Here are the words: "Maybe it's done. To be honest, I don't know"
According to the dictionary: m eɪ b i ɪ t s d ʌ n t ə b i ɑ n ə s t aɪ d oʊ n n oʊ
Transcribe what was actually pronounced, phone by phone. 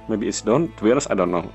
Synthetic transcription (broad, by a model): m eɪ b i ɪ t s d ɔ n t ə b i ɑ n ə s aɪ d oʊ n n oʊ